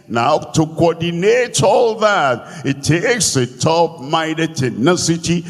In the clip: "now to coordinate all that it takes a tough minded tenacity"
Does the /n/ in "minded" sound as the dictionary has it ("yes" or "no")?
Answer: no